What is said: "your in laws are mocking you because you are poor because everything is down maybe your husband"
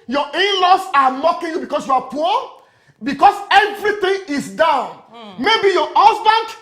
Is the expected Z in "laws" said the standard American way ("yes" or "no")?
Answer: no